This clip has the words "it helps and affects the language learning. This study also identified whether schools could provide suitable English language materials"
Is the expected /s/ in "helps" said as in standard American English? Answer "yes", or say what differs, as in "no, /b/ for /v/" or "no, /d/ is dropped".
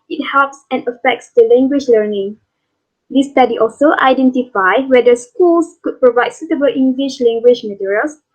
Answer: yes